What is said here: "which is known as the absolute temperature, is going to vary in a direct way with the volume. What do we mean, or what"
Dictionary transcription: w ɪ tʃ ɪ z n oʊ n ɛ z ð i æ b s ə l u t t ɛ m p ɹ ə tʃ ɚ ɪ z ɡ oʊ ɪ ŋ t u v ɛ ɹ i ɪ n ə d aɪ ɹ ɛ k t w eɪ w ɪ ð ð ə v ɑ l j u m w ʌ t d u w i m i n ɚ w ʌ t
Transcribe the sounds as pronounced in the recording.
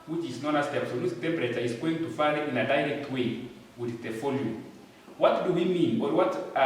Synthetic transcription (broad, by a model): w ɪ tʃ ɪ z n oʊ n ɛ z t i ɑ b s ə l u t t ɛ m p ɹ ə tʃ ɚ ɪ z ɡ oʊ ɪ ŋ t u f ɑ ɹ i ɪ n ə d aɪ ɹ ɛ k t w eɪ w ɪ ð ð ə f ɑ l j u w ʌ t d u w i m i n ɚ w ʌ t